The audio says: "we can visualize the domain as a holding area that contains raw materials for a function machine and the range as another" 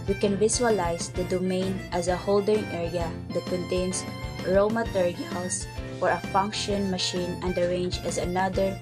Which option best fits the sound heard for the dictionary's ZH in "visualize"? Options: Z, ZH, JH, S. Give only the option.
S